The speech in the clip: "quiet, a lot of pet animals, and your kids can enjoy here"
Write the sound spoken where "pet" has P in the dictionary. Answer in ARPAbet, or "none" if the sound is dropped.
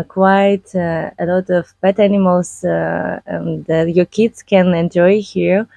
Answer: B